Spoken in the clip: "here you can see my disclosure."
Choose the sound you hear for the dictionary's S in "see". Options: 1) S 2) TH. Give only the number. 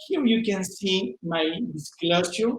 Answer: 1